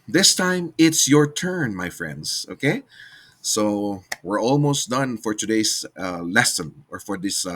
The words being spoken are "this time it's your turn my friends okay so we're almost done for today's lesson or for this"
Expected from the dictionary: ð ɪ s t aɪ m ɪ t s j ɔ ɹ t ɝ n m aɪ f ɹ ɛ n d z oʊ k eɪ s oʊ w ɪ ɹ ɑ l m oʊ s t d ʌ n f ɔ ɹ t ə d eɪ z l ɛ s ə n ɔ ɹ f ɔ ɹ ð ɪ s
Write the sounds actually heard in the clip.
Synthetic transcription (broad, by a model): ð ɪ s t aɪ m ɪ t s j ɔ ɹ t ɝ n m aɪ f ɹ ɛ n d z oʊ k eɪ s oʊ w ɪ ɹ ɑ l m oʊ s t d ʌ n f ɔ ɹ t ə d eɪ s l ɛ s ə n ɔ ɹ f ɔ ɹ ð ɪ s